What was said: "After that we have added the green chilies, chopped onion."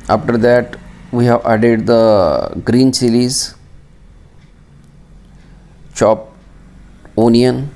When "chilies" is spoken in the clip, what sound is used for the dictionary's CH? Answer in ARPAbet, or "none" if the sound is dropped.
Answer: S